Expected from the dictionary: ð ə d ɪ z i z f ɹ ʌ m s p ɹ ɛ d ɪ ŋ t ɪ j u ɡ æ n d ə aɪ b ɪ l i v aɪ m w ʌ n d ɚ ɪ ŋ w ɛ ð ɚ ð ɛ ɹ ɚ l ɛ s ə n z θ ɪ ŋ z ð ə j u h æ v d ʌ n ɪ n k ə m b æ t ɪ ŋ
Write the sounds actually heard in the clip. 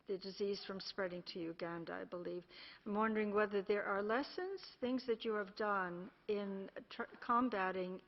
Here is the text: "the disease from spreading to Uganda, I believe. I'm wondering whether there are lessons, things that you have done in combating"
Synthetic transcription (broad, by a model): ð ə d ɪ z i z f ɹ ʌ m s p ɹ ɛ d ɪ ŋ t ɪ j u ɡ æ n d ə aɪ b ɪ l i v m w ʌ n d ɚ ɪ ŋ w ɛ ð ɚ ð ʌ ɹ ɚ l ɛ s ə n z θ ɪ ŋ z ð ə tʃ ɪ v d ʌ n ɪ n k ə m b æ t ɪ ŋ